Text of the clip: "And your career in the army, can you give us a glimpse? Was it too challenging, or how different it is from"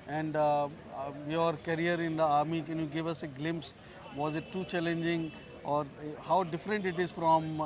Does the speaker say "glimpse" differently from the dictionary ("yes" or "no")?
no